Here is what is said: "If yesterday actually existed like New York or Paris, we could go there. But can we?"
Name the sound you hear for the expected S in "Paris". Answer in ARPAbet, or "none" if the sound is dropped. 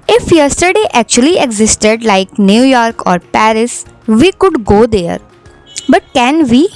S